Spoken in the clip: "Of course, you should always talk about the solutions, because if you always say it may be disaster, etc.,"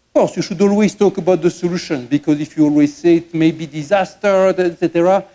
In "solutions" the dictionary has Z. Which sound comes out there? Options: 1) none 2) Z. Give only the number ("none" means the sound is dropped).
1